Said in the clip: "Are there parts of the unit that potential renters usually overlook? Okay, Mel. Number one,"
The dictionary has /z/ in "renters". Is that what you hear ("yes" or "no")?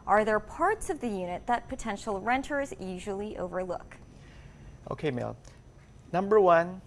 yes